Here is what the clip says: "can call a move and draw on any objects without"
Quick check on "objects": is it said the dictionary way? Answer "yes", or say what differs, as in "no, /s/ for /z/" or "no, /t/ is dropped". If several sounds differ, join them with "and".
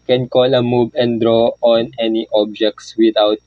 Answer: yes